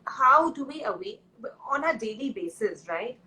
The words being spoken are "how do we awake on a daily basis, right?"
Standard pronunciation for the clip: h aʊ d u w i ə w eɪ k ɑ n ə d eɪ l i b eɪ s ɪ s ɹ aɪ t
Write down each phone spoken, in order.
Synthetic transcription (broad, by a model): h aʊ d u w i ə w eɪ ɑ n ə d eɪ l i b eɪ s ɪ s ɹ aɪ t